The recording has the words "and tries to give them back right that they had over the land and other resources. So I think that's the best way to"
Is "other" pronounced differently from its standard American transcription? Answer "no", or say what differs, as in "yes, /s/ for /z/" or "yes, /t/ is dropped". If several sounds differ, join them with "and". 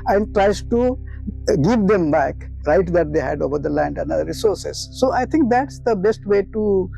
yes, /ð/ is dropped